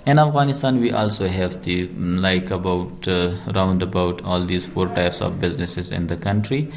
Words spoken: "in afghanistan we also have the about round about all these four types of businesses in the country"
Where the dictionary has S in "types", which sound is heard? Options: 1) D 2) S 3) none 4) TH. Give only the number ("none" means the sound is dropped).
2